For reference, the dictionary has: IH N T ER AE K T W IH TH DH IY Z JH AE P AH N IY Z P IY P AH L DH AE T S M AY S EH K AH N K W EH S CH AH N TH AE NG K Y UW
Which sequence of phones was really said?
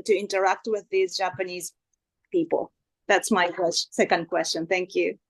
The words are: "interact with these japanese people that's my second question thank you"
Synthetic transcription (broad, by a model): IH N T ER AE K T W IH DH IY Z JH AE P AH N IY Z P IY P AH L DH AE T S M AY S EH K AH N K W EH S CH AH N TH AE NG K Y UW